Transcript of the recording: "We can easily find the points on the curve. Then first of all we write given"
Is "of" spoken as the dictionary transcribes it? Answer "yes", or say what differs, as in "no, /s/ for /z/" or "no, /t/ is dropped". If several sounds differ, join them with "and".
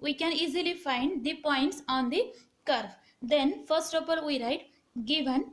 no, /p/ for /v/